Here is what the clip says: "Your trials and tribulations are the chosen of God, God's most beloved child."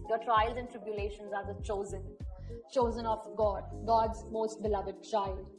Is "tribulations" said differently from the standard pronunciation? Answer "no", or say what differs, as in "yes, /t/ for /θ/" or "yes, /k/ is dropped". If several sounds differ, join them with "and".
no